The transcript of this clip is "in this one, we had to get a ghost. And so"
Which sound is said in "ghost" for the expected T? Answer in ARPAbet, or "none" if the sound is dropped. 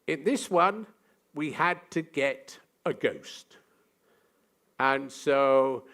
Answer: T